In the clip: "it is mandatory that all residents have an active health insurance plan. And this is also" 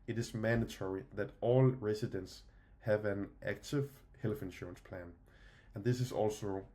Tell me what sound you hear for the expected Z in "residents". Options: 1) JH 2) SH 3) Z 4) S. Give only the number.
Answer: 4